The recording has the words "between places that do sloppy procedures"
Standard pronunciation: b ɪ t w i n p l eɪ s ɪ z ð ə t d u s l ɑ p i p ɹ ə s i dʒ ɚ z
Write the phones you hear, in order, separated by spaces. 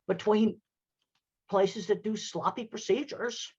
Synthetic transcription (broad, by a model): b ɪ t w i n p l eɪ s ɪ z ð ə t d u s l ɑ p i p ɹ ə s i dʒ ɚ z